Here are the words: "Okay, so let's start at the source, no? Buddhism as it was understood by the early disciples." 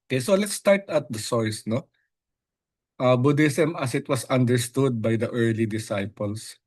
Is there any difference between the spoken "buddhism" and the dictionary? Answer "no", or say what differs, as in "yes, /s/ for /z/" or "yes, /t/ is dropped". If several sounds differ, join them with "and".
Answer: yes, /s/ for /z/